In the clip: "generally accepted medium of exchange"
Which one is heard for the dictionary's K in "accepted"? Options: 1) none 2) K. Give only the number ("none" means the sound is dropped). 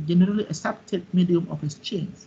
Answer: 1